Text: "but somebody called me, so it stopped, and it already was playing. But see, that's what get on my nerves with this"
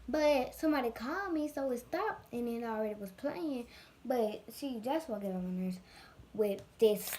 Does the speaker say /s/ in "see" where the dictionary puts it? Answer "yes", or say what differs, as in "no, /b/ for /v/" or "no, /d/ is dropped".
no, /ʃ/ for /s/